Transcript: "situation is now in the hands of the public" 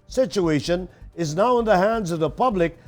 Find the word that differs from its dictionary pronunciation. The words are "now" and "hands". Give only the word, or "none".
none